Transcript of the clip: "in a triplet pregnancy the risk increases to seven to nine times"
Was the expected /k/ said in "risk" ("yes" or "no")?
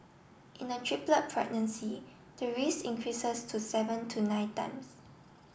no